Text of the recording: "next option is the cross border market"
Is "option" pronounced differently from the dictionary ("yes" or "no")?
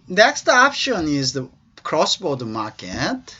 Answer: no